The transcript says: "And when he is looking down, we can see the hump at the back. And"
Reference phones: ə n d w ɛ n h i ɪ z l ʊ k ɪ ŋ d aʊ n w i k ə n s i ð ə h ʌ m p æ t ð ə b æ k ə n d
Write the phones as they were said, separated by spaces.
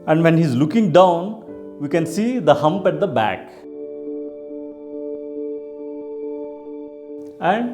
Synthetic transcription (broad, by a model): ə n d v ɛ n h i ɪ z l ʊ k ɪ ŋ d aʊ n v i k ə n s i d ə h ʌ m p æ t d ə b æ k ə n d